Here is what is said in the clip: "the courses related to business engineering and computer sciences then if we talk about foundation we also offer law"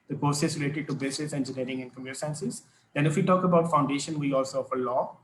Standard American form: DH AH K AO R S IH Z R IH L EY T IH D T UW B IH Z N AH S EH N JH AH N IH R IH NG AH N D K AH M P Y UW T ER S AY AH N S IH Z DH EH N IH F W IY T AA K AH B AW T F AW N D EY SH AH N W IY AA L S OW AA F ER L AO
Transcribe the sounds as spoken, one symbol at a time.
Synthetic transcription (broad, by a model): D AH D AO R S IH S R IH L EY T IH D T UW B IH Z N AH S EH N JH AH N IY R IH NG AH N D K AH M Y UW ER S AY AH N S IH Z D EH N IH F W IY T AA K AH B AW T F AW N D EY SH AH N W IY AA L S OW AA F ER L AO